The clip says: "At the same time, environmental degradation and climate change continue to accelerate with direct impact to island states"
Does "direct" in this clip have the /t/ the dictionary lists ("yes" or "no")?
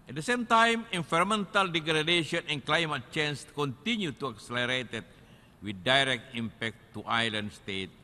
yes